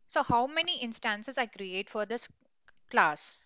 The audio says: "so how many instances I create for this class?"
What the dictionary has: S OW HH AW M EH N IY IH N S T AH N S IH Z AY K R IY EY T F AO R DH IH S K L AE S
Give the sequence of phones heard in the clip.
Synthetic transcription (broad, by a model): S OW HH AW M EH N IY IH N S T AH N S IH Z AY K R IY EY T F AO R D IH S K L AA S